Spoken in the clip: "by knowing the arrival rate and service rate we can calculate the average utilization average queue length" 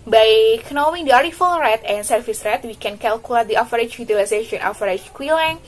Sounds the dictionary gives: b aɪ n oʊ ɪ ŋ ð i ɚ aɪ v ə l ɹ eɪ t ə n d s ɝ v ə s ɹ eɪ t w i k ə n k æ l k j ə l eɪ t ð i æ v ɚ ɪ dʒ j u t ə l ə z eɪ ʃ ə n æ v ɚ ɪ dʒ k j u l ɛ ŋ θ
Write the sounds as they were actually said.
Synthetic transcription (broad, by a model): b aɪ n oʊ ɪ ŋ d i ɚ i f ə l ɹ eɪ t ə n s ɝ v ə s ɹ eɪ t w i k ə n k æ l k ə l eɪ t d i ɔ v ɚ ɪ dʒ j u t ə l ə s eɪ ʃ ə n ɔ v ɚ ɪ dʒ k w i l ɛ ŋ